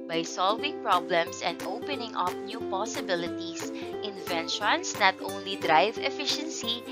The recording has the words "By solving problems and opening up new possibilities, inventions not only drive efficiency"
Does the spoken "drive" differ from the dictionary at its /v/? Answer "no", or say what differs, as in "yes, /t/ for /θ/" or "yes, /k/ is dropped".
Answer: no